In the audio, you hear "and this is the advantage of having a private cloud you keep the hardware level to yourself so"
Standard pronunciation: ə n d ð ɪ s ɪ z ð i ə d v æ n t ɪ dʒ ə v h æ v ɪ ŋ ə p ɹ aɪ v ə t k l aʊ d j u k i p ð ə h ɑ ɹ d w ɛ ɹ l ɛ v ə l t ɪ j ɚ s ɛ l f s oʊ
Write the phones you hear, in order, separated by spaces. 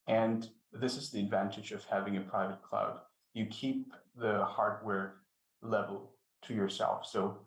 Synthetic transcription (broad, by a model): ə n ð ɪ s ɪ z ð i ə d v æ n t ɪ dʒ ə v h æ v ɪ ŋ ə p ɹ aɪ v ə t k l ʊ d j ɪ k i p ð ə h ɑ ɹ d w ɛ ɹ l ɛ v l t ɪ j ɚ s ɛ l f s oʊ